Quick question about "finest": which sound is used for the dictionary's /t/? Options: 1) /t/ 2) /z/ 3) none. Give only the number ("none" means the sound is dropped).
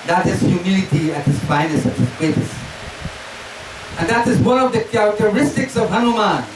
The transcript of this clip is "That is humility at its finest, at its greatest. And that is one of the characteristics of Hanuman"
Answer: 3